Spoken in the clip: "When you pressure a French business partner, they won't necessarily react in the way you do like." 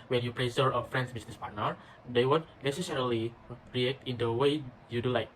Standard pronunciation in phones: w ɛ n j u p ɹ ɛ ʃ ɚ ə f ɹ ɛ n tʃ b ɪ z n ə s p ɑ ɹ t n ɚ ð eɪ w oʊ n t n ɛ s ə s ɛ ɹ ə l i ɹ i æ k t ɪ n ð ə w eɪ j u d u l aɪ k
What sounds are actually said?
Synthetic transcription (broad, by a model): w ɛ n j u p ɹ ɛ s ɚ ə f ɹ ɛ n s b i s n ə s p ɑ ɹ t n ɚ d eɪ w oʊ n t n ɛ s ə s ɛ ɹ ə l i ɹ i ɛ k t ɪ n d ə w eɪ j u d u l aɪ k